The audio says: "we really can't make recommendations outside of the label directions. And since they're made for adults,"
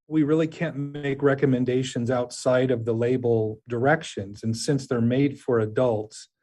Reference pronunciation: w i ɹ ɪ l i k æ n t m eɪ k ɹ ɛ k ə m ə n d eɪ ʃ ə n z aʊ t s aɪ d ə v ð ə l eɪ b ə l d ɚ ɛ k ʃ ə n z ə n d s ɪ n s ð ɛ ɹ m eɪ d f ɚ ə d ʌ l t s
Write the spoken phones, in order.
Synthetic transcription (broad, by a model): w i ɹ ɪ l i k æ n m eɪ k ɹ ɛ k ə m ə n d eɪ ʃ ə n z aʊ t s aɪ d ə v ð ə l eɪ b l d ɚ ɛ k ʃ ə n z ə n s ɪ n s ð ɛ ɹ m eɪ d f ɚ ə d ʌ l t s